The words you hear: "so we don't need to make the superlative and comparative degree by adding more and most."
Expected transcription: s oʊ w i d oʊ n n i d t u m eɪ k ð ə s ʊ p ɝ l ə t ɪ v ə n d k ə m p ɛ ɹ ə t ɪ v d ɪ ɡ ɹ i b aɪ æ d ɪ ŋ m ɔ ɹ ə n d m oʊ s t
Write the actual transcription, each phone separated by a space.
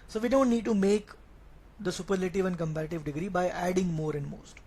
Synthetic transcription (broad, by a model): s oʊ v i d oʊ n n i d t u m eɪ k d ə s ʊ p ɝ l ə t ɪ v ə n d k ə m p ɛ ɹ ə t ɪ v d ɪ ɡ ɹ i b aɪ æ d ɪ ŋ m ɔ ɹ ə n d m oʊ s t